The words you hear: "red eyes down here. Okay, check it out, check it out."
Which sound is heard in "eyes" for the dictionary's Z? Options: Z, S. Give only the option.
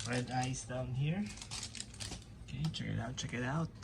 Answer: S